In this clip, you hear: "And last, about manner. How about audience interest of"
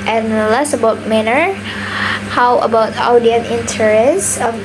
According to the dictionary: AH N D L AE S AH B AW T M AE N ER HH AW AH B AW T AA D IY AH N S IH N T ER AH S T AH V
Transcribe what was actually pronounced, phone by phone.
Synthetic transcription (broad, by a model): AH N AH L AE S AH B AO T M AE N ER HH AW AH B AW T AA D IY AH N IH N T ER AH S AH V